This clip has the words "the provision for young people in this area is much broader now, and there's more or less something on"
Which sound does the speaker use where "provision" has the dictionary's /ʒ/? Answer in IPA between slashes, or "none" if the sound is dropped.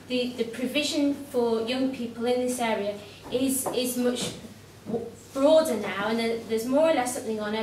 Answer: /ʒ/